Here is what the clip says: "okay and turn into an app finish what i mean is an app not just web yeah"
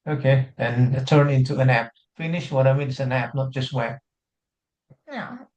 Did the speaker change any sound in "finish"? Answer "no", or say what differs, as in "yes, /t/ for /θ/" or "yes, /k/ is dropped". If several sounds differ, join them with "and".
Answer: no